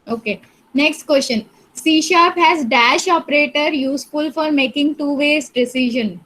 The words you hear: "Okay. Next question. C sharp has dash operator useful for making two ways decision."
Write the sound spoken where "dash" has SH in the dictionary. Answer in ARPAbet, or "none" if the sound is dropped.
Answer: SH